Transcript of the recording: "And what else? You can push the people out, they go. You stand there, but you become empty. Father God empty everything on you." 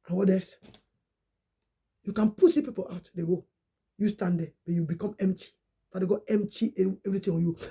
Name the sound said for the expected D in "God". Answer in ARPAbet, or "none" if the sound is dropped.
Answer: none